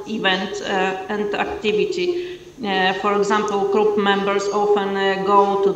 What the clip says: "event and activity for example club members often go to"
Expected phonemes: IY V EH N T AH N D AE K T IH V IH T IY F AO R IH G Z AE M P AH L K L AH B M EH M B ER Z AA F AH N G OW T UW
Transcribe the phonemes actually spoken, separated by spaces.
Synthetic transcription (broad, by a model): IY V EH N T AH N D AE K T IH V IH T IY F AO R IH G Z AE M P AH L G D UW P M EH M B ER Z AA F AH N G OW T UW